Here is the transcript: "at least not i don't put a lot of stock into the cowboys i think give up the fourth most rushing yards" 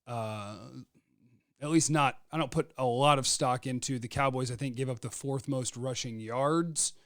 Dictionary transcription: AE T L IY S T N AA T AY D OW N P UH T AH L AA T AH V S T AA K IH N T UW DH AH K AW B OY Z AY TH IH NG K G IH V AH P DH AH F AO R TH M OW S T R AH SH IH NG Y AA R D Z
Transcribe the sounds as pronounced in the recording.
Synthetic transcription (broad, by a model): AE T L IY S T N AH T AY D OW N P UH T AH L AA T AH V S T AA K IH N T UW DH AH K AW B OY Z AY TH IH NG K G IH V AH P DH AH F AO R TH M OW S T R AH SH IH NG Y AA R D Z